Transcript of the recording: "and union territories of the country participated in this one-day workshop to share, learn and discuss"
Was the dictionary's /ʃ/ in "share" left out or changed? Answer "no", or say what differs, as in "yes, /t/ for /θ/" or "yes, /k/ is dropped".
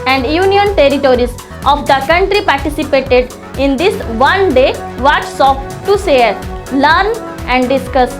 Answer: yes, /s/ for /ʃ/